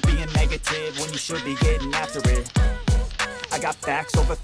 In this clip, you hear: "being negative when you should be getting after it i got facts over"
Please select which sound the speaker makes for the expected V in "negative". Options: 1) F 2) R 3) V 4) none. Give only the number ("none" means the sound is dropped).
3